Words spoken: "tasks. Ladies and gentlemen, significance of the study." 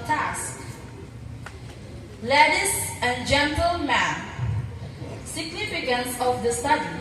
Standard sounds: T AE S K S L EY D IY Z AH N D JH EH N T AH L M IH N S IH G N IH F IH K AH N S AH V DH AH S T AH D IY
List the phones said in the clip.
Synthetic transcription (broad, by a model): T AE S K L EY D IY S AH N JH EH N T AH L M IH N S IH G N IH F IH K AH N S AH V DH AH S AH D